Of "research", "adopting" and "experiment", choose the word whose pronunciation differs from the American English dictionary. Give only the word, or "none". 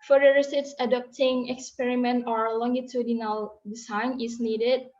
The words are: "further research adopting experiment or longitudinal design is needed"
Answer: research